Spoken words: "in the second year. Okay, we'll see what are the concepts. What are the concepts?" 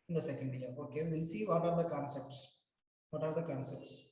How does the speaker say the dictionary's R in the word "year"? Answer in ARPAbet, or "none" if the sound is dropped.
L